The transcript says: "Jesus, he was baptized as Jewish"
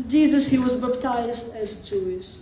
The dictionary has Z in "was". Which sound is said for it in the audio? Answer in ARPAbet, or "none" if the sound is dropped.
Z